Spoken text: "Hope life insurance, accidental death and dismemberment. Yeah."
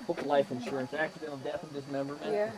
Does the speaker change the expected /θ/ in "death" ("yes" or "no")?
no